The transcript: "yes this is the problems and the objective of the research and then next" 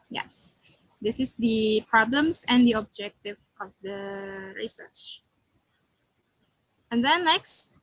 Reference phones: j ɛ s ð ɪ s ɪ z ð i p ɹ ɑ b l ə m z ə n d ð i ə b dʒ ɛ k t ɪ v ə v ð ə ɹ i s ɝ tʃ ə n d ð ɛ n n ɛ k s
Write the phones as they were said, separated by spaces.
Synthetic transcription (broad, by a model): j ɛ s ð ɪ s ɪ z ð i p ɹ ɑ b l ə m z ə n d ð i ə b dʒ ɛ k t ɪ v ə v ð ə ɹ i s ɝ tʃ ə n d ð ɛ n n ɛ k s